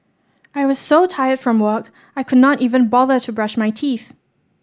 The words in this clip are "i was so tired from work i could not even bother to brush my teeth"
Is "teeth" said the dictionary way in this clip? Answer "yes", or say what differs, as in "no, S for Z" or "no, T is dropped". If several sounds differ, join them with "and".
yes